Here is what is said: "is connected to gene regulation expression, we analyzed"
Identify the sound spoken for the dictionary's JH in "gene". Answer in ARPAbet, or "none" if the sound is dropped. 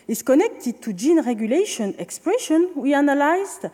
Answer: JH